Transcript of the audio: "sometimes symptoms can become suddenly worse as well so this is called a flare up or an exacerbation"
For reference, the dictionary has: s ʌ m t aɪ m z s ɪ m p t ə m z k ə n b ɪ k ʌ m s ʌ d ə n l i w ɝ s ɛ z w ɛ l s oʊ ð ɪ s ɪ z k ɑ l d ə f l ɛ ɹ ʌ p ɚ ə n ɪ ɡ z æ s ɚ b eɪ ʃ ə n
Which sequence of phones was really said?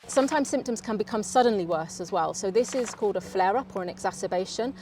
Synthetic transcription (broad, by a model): s ʌ m t aɪ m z s ɪ m p t ə m z k ə n b ɪ k ʌ m s ʌ d n l i w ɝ s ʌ z w ɛ l s oʊ ð ɪ s ɪ z k ɑ l d ə f l ɛ ɹ ʌ p ɚ ə n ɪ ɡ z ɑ s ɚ b eɪ ʃ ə n